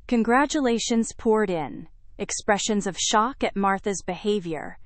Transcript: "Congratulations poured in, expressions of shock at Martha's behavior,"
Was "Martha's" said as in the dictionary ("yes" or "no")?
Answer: yes